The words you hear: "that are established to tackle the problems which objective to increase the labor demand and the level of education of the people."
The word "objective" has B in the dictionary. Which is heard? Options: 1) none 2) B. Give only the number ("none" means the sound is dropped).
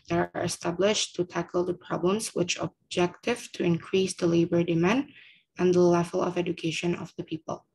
2